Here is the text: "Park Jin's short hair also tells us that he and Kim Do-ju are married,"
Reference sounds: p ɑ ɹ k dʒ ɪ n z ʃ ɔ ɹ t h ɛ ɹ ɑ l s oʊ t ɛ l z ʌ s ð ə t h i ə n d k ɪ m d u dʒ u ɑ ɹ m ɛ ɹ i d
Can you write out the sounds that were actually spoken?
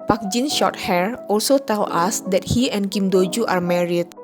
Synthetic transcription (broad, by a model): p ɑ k dʒ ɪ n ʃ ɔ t h ɛ ɹ ɑ l s oʊ t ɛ l ɑ s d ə t h i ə n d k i m d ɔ dʒ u ɑ ɹ m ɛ ɹ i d